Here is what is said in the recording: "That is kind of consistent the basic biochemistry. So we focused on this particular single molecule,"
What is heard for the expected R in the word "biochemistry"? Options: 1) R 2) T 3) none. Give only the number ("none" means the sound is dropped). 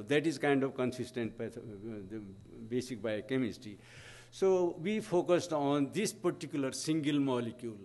3